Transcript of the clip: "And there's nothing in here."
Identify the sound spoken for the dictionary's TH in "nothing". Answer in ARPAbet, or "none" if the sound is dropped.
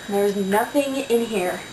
TH